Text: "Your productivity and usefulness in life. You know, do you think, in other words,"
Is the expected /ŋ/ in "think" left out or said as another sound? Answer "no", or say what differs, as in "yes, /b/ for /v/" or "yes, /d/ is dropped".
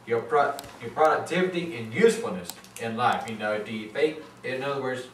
yes, /ŋ/ is dropped